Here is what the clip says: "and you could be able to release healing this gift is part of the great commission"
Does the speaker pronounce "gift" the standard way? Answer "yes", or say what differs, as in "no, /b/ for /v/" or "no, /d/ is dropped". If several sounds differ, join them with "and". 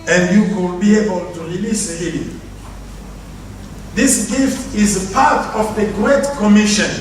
yes